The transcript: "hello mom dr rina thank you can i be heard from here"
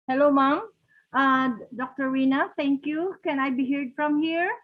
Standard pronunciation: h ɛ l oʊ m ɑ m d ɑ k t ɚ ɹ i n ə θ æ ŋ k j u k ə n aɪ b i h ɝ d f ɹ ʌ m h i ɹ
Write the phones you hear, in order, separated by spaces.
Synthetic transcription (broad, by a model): h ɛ l oʊ m ɑ m d ɑ k t ɚ w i n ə t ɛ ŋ k j u k ə n aɪ b i h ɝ d f ɹ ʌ m h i ɹ